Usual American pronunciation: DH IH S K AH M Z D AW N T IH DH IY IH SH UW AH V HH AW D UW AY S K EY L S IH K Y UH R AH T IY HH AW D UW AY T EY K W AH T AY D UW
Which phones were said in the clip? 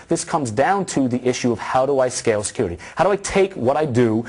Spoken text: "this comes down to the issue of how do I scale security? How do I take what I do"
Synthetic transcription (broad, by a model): DH IH S K AH M Z D AW N T IH DH IY IH SH UW AH V HH AW D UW AY S K EY L S IH K Y UH R AH T IY HH AW D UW AY T EY K W AH T AY D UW